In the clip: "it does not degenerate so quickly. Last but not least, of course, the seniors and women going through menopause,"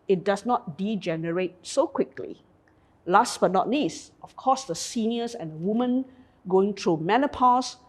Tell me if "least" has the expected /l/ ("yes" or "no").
no